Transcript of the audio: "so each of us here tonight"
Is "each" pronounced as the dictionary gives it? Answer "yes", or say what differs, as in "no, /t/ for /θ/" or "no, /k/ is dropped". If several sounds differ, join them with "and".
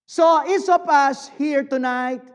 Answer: no, /s/ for /tʃ/